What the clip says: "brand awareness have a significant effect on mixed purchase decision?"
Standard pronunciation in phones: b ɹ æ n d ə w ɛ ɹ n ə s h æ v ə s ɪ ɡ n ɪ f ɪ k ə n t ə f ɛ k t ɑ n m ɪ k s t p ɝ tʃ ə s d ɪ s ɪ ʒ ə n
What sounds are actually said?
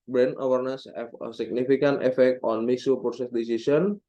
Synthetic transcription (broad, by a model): b ɹ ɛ n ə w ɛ ɹ n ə s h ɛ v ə s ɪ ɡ n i f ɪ k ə n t ə f ɛ k t ɑ n m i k s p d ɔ s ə s d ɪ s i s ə n